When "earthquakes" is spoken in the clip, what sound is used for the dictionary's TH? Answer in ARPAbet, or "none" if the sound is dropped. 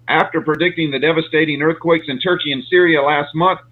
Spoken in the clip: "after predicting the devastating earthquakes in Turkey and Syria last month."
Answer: TH